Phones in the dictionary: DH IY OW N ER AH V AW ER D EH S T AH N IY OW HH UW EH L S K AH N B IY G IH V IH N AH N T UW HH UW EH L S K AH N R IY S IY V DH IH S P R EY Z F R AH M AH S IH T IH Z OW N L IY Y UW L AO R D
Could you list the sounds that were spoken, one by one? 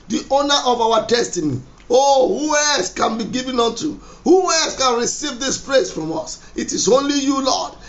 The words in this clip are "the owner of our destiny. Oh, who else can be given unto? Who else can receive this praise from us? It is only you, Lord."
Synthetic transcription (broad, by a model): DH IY OW N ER AH V AW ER D EH S T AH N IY OW HH UW EH L S K AH N B IY G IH V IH N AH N T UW HH UW EH L S K AH N R IY S IY V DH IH S P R EY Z F R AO M AH S IH T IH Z OW L IY Y UW L AO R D